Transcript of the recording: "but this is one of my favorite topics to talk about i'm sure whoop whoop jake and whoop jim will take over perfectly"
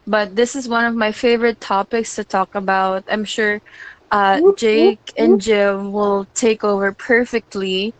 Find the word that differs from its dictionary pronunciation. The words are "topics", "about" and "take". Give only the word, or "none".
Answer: none